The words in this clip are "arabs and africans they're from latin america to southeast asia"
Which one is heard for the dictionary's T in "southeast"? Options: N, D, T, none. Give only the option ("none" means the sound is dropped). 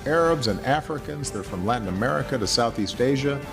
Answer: T